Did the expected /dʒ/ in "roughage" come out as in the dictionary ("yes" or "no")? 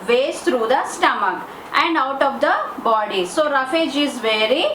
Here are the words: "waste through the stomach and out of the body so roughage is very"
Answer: yes